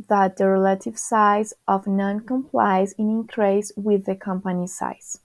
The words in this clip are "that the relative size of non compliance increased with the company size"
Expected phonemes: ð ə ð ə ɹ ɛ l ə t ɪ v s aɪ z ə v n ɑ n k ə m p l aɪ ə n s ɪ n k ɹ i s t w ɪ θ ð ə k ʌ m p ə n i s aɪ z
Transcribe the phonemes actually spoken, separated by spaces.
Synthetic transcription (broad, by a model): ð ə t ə ɹ ɛ l ə t ɪ v s aɪ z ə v n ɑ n k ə m p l aɪ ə n ɪ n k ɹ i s w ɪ ð ə k ʌ m p ə n i s aɪ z